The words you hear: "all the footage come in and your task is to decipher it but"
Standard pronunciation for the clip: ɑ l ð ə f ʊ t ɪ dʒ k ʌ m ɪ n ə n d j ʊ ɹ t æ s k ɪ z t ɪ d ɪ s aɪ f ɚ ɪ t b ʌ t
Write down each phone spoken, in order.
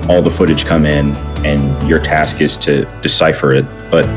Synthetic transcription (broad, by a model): ɑ l ð ə f ʊ t ɪ dʒ k ʌ m ɪ n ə n j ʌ ɹ t æ s k ɪ z t ɪ d ɪ s aɪ f ɚ ɪ t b ʌ t